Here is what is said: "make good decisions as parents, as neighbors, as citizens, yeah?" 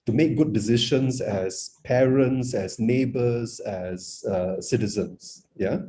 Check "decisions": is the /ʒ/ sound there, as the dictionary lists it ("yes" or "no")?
no